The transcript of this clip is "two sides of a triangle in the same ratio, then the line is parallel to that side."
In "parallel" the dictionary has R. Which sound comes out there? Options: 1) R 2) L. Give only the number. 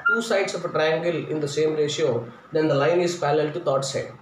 2